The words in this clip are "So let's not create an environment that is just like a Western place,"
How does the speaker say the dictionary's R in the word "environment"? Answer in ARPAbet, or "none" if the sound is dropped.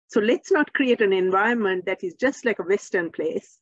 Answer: none